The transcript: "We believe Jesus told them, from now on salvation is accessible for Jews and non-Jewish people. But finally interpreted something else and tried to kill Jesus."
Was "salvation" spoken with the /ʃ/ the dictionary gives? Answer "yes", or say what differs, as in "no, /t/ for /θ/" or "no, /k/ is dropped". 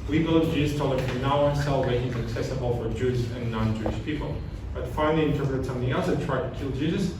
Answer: no, /ʃ/ is dropped